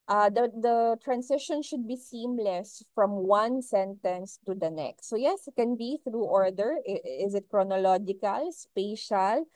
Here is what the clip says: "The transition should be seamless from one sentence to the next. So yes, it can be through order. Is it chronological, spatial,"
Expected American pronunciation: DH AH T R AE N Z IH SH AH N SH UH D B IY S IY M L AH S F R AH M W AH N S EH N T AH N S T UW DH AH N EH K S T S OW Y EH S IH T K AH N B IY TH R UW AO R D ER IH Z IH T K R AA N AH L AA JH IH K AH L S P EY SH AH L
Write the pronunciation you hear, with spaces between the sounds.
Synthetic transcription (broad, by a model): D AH T R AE N S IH SH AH N SH UH D B IY S IY M L AH S F R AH M W AH N S EH N T AH N S T UW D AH N EH K S T S OW Y EH S IH T K AH N B IY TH R UW AO R D ER IH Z IH T K R AA N AH L AA JH IH K AH L S P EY SH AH L